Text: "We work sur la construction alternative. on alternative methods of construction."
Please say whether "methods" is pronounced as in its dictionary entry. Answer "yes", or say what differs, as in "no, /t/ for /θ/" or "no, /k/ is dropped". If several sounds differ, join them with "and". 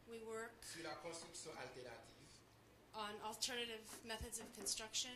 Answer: yes